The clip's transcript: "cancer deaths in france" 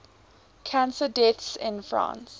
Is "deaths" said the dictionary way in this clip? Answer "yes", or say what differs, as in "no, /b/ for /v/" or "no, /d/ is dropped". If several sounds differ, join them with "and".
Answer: no, /t/ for /θ/